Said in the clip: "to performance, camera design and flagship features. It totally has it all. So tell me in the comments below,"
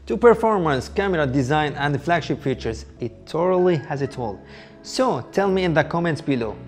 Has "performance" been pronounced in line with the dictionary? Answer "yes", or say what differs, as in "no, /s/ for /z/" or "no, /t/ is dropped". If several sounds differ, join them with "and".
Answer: yes